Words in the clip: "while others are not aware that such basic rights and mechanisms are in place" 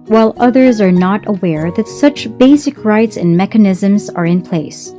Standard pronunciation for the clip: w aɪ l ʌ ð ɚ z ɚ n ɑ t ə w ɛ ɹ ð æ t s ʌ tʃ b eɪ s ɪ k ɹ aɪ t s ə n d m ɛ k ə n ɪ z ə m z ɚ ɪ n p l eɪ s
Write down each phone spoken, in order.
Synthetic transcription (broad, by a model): w aɪ l ʌ ð ɚ z ɚ n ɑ t ə w ɛ ɹ ð æ t s ʌ tʃ b eɪ s ɪ k ɹ aɪ t s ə n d m ɛ k ə n ɪ z ə m z ɚ ɪ n p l eɪ s